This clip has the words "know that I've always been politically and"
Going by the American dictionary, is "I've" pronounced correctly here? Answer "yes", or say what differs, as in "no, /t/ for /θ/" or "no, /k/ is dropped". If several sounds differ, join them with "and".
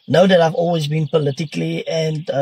yes